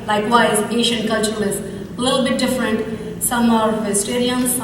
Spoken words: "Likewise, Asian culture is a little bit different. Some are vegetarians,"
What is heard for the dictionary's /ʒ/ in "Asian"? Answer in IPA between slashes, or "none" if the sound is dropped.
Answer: /ʃ/